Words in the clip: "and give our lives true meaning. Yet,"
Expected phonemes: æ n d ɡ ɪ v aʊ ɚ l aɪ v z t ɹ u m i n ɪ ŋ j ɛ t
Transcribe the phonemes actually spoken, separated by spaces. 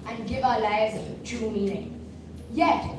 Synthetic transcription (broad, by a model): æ n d ɡ ɪ v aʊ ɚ l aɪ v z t u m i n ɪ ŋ j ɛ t